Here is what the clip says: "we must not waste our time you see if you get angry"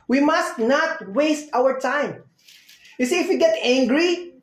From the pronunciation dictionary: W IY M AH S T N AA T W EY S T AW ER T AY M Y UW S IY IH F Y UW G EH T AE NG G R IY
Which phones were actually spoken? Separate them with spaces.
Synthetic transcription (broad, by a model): W IY M AH S T N AA T W EY S T AW ER T AY M Y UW S IY IH F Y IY G EH T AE NG G R IY